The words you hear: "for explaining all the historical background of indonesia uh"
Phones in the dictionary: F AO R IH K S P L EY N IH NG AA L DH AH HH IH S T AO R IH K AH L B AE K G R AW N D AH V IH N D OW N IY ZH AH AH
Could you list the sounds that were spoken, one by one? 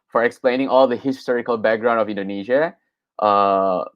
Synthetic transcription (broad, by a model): F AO R IH K S P L EY N IH NG AA L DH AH HH IH S T AO R IH K AH L B AE K G R AW N D AH V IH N D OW N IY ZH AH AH